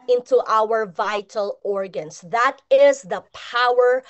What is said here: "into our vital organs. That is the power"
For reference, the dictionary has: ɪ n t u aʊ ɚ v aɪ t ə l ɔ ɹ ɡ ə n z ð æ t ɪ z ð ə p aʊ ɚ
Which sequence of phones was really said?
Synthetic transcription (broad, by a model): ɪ n t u aʊ ɚ v aɪ t ə l ɔ ɹ ɡ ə n s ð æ t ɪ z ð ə p aʊ ɚ